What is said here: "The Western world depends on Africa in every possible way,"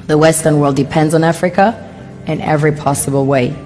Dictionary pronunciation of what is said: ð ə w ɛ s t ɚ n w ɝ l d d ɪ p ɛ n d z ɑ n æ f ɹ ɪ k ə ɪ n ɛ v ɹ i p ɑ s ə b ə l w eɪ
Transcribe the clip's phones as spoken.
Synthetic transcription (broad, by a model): ð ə w ɛ s t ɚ n w ɝ l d d ɪ p ɛ n d z n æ f ɹ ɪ k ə ɪ n ɛ v ɹ i p ɑ s ə b ə l w eɪ